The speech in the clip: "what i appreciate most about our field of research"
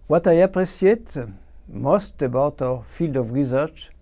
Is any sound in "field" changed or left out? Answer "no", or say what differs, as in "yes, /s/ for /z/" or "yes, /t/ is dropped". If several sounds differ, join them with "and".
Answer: no